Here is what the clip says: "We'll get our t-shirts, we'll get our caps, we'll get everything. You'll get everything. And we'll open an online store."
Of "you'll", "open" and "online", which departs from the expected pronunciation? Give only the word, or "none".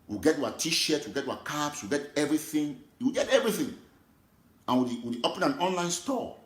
you'll